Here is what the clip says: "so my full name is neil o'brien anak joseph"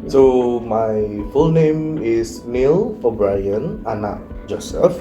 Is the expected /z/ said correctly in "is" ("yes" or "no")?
no